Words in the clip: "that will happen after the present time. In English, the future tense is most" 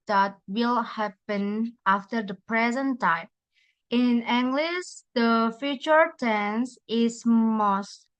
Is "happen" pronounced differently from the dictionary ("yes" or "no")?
no